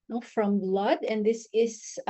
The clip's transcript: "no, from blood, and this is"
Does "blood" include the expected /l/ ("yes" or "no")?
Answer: yes